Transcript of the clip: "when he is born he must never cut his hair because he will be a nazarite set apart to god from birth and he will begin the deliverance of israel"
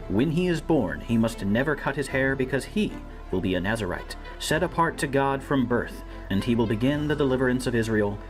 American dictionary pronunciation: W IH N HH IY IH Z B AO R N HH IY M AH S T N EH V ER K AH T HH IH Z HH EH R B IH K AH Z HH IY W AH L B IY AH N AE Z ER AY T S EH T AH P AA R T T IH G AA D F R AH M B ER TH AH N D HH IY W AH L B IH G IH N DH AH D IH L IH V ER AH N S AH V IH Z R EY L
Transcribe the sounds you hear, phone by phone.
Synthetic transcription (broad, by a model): W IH N IY IH Z B AO R N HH IY M AH S T N EH V ER K AH T HH IH Z HH EH R B IH K AH Z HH IY W AH L B IY AH N AE Z ER AY T S EH T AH P AA R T T IH G AA D F R AH M B ER TH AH N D IY W AH L B IH G IH N DH AH D IH L IH V ER AH N S AH V IH Z R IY L